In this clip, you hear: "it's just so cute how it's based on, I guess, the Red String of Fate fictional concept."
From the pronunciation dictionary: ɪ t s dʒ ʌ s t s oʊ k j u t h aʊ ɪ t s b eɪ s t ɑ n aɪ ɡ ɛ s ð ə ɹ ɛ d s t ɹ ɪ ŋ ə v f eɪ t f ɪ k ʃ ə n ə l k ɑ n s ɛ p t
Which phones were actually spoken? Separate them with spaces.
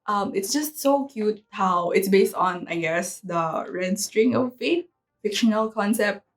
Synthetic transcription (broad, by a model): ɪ t s dʒ ʌ s t s oʊ k j u t h aʊ ɪ t s b eɪ s t ɑ n aɪ ɡ ɛ s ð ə ɹ ɛ d s t ɹ ɪ ŋ ə v f eɪ t f ɪ k ʃ ə n ə l k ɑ n s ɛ p t